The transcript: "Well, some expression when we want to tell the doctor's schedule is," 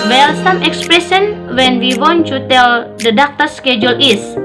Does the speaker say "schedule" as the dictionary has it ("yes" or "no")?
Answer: yes